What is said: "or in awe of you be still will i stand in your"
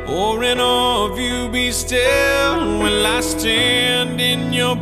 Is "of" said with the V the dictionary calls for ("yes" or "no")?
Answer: yes